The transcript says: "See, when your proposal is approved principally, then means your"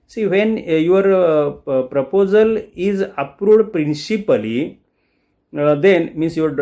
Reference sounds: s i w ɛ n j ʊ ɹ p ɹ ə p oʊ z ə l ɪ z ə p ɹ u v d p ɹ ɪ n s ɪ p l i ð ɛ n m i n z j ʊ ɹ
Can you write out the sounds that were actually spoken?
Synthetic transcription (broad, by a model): s i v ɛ n j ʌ ɹ p ɹ ə p oʊ z ə l ɪ z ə p ɹ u d p ɹ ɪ n s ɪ p l i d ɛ n m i n s j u ɹ